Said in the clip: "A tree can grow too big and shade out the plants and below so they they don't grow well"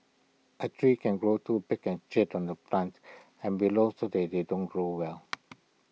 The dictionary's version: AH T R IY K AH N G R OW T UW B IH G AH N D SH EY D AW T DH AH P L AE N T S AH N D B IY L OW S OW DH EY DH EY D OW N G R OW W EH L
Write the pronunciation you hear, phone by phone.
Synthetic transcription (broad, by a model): AH T R IY K AH N G R OW T UW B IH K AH N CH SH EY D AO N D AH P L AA N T AH N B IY L OW S OW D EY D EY D OW N G R OW W EH L